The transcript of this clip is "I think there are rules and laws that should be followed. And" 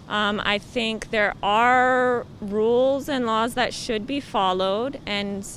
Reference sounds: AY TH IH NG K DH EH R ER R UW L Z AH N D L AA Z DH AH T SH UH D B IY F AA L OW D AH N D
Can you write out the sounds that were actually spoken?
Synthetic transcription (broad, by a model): AY TH IH NG K DH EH R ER R UW L Z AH N L AA Z DH AH T SH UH D B IY F AA L OW D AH N